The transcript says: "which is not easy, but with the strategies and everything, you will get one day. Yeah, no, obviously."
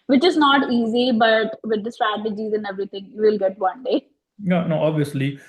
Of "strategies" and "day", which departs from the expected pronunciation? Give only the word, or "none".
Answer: none